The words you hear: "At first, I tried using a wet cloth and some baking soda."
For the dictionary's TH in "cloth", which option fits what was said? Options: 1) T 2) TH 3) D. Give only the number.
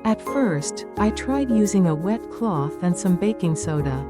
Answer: 2